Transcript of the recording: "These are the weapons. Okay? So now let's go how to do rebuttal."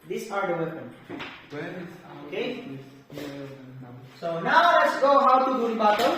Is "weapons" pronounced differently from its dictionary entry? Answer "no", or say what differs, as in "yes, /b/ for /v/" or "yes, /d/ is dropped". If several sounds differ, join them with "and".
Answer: yes, /z/ is dropped